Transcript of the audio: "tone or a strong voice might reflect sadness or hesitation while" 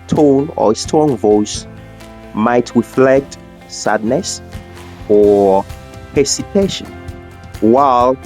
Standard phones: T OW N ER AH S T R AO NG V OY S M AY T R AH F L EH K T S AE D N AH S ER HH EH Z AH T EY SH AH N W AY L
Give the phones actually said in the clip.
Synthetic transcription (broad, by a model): T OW N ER AH S T AO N V OY S M AY T R AH F L EH K T S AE D N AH S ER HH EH S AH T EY SH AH N W AY L